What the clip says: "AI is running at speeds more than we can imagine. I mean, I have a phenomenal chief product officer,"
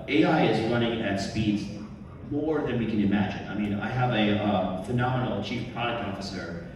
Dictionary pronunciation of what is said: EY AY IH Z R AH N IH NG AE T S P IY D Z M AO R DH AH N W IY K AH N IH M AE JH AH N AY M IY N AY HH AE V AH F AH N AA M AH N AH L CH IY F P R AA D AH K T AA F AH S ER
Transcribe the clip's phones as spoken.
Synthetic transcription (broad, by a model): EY AY IH Z R AH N IH NG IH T S P IY D Z M AO R DH AH N W IY K AH N IH M AE JH AH N AY M IY N AY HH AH V AH F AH N AA M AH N L CH IY F P R AA D AH K T AA F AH S ER